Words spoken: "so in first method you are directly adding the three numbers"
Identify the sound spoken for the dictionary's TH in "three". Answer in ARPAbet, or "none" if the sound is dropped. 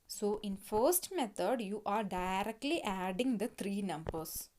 T